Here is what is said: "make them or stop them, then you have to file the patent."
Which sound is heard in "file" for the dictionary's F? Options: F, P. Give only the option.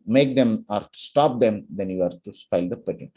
P